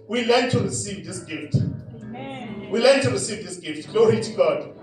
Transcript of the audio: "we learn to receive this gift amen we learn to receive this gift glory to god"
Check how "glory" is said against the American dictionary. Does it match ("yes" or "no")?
yes